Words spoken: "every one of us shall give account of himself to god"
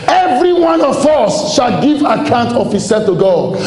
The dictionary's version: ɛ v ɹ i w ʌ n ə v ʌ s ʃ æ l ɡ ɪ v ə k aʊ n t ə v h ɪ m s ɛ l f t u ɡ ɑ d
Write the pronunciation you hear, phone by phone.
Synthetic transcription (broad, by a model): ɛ v ɹ i w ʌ n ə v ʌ s ʃ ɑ l ɡ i v ə k aʊ n t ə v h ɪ s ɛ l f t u ɡ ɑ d